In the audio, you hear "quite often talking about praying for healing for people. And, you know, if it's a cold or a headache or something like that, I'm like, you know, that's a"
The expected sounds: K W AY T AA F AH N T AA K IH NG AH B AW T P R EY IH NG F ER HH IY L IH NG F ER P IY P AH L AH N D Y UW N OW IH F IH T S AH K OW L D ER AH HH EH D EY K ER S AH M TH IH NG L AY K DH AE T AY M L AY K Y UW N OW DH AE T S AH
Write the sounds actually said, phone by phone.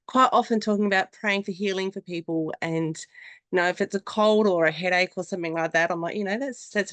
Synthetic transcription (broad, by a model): K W AY T AA F AH N T AA K IH NG AH B AW T P R EY IH NG F ER HH IY L IH NG F ER P IY P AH L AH N Y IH N OW IH F IH T S AH K OW L D ER AH HH EH D EY K ER S AH M TH IH NG L AY K DH AE T AY M L AY K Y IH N OW DH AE T S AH